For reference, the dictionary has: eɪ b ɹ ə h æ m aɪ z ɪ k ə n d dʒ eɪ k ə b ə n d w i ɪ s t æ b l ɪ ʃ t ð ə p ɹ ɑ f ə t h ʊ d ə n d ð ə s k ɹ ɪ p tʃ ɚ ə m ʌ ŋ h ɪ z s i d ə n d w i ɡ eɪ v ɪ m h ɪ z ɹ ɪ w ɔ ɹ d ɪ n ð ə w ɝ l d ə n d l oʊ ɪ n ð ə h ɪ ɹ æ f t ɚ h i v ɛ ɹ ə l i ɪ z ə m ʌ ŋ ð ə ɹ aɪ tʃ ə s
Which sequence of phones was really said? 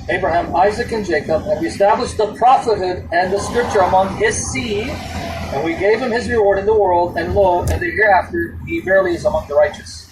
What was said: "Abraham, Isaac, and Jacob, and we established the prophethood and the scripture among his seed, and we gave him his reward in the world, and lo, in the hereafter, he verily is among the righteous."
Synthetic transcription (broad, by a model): eɪ b ɹ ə h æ m aɪ z ɪ k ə n dʒ eɪ k ə b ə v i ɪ s t æ b l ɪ ʃ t ð ə p ɹ ɑ f ə t h ʊ d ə n ð ə s k ɹ ɪ p tʃ ɚ ə m ʌ ŋ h ɪ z s i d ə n w i ɡ eɪ v ɪ m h ɪ z ɹ ɪ w ɔ ɹ d ɪ n ð ə w ɝ l d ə n l oʊ ɪ n ð ə h ɪ ɹ æ f t ɚ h i v ɛ ɹ l i ɪ z ə m ʌ ŋ ð ə ɹ aɪ tʃ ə s